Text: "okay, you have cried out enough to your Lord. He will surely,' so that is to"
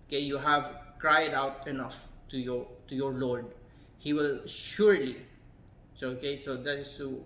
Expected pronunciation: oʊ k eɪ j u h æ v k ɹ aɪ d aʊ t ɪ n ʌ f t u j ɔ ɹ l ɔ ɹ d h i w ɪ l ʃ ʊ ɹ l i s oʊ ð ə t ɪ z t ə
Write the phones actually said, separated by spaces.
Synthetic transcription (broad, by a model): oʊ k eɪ j u h æ v k ɹ aɪ d aʊ t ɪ n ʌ f t u j ɔ ɹ l ɔ ɹ d h i w ɪ l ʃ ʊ ɹ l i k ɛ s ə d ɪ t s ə